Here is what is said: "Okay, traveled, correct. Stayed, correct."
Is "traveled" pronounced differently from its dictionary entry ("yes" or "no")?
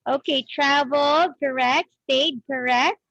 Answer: yes